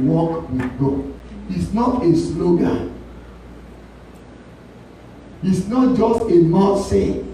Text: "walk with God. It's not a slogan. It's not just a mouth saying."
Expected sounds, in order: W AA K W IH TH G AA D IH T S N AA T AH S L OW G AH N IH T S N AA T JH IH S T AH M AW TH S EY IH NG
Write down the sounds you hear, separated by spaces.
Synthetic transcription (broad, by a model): W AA K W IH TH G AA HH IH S N AA T AH S L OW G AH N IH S N AA T JH IH S T AH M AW T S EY